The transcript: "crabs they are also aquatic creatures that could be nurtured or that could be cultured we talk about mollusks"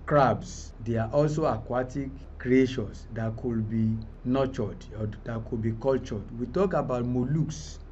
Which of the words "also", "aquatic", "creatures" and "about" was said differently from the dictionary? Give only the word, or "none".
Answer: creatures